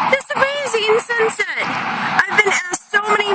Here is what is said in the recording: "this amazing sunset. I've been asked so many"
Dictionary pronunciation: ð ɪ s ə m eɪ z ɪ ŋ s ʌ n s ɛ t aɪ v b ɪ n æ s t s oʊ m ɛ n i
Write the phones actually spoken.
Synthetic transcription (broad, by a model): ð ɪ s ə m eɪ z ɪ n s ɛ n s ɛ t aɪ v b ɪ n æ t s oʊ m ɛ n i